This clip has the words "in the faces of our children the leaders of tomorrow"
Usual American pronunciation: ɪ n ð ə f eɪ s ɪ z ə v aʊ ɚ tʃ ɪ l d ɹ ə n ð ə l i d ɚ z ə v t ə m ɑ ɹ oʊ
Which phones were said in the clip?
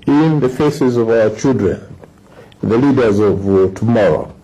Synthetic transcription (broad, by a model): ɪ n ð ə f eɪ s ɪ z ə v aʊ ɚ tʃ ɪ l d ɹ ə n ð ə l i d ɚ z ə v t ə m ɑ ɹ oʊ